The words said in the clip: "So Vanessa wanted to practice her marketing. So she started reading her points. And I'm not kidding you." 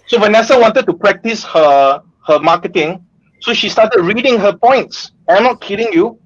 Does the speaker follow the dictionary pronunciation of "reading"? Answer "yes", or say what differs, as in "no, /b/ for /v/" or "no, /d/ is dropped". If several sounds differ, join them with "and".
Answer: yes